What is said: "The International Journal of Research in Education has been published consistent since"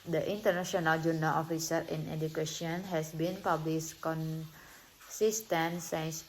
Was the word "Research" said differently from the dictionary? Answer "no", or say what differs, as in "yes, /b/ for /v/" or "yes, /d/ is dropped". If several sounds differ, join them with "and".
yes, /tʃ/ is dropped